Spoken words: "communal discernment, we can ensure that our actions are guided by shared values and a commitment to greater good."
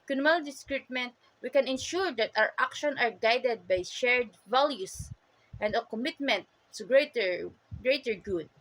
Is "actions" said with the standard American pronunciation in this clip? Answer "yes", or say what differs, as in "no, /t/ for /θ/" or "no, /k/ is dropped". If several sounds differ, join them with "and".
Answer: no, /z/ is dropped